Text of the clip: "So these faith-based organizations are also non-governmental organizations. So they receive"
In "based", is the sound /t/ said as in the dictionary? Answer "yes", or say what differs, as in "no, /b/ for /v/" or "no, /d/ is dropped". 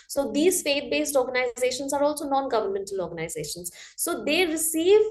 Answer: yes